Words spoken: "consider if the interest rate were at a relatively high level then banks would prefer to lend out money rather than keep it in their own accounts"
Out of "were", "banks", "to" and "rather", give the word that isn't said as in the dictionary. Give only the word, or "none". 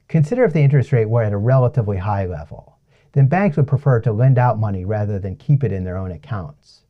none